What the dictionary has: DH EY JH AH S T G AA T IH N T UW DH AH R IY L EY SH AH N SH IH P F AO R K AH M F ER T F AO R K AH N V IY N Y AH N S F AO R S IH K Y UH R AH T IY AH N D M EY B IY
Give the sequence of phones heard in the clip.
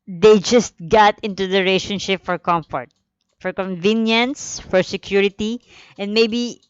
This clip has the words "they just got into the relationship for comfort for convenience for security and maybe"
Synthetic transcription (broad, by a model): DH EY JH AH S T G AA T IH N T UW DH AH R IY IH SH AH N SH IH P F AO R K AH M F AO T F AO R K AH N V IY N Y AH N S F AO R S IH K Y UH R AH T IY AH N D M EY B IY